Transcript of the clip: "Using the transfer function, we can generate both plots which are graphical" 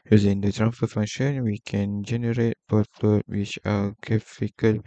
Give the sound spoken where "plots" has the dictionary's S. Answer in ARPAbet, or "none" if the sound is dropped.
none